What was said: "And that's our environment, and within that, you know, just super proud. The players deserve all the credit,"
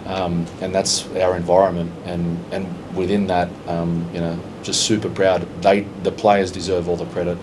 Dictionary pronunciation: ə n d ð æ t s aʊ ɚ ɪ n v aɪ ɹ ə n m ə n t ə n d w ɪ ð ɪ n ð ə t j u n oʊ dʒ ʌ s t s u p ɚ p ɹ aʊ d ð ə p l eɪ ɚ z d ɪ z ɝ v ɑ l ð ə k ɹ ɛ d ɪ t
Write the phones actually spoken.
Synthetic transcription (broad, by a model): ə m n ð æ t s aʊ ɚ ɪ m v aɪ ɹ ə n m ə n t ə n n w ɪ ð ɪ n ð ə t j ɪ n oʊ dʒ ʌ s t s u p ɚ p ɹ aʊ d ð ə p l eɪ ɚ z d ɪ z ɝ v ɑ l ð ə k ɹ ɛ d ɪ t